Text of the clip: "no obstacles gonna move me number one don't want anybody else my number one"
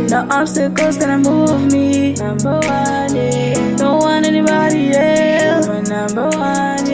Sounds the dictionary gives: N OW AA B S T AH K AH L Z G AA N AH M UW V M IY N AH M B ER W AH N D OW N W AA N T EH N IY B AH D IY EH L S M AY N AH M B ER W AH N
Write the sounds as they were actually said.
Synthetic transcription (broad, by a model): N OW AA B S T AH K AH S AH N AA AH M UW V M IY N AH M B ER W AH N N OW W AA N EH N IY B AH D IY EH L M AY N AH M B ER W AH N